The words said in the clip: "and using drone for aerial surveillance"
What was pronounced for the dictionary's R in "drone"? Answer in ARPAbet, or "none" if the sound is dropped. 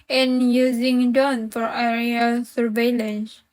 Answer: none